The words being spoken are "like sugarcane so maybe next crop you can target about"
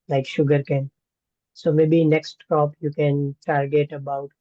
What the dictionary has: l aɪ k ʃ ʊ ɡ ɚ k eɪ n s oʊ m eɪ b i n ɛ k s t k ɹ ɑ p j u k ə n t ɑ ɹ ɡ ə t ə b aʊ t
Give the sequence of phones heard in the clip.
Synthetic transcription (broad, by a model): l aɪ k ʃ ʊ ɡ ɚ k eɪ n s oʊ m eɪ b i n ɛ k s t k ɑ p j u k ə n t ɑ ɹ ɡ ə t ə b aʊ t